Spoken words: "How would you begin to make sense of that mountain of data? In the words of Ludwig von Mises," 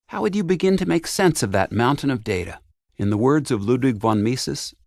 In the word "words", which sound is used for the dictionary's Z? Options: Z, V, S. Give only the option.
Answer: Z